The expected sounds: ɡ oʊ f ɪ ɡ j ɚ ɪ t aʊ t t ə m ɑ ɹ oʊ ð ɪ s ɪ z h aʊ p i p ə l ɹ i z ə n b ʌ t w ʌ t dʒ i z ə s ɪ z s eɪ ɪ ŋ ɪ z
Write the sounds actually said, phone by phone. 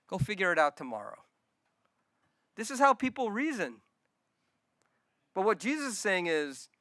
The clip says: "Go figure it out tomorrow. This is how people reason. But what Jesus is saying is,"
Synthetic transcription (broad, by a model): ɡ oʊ f ɪ ɡ j ɚ ɪ t aʊ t t ə m ɑ ɹ oʊ ð ɪ s ɪ z h aʊ p i p l ɹ i z ə n b ʌ t w ʌ t dʒ i z ə s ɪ s eɪ ɪ ŋ ɪ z